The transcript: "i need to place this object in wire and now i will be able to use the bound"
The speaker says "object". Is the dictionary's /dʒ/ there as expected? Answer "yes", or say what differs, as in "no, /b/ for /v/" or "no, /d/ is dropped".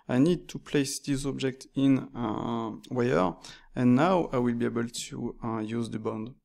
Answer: yes